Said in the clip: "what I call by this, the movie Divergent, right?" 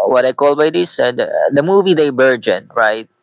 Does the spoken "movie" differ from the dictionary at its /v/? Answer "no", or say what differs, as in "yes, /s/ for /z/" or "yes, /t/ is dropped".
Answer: no